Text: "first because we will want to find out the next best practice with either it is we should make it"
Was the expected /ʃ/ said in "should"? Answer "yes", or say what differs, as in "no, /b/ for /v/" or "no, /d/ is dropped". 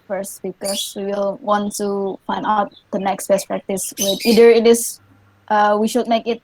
yes